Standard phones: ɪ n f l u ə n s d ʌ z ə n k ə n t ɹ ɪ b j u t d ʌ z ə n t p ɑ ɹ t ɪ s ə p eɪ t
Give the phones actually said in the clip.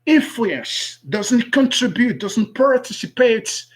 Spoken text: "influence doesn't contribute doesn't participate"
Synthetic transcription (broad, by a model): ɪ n f l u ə n s d ʌ z ə n k ə n t ɹ ɪ b j u t d ʌ z ə n t p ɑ ɹ t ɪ s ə p eɪ t